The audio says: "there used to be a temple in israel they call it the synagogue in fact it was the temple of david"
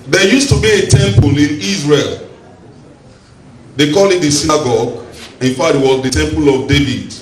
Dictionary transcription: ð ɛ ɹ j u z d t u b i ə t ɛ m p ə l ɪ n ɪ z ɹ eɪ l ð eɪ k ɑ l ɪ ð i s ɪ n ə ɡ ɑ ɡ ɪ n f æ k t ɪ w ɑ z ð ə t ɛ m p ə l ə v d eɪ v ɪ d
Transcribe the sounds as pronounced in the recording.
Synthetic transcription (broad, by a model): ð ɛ j u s t u b i ə t ɛ m p ə l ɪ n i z ɹ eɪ l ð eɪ k ɑ l ɪ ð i s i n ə ɡ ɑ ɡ ɪ n f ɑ t ɪ w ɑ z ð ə t ɛ m p ə l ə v d eɪ v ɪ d